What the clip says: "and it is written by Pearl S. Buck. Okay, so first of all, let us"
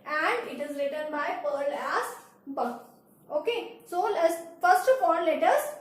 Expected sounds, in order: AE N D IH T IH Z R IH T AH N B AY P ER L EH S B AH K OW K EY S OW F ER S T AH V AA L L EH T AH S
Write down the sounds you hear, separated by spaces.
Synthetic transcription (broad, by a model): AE N D IH T IH Z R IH T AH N B AY P ER L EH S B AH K OW K EY S OW F ER S T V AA N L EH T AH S